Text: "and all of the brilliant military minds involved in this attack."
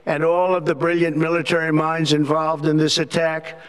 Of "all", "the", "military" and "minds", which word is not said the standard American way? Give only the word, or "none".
none